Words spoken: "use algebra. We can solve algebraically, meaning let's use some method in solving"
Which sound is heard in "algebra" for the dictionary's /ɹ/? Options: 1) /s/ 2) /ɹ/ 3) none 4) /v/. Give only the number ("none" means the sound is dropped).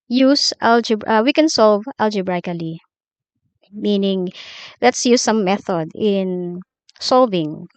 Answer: 3